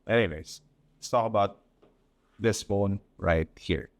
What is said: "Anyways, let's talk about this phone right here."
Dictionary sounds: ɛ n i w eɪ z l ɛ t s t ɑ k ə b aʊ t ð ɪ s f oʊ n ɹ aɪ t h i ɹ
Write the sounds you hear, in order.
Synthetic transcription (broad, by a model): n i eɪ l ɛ s s t ɑ k ə b aʊ t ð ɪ s f oʊ n ɹ aɪ t h i ɹ